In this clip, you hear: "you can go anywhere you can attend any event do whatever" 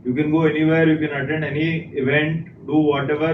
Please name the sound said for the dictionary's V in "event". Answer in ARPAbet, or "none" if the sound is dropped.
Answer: V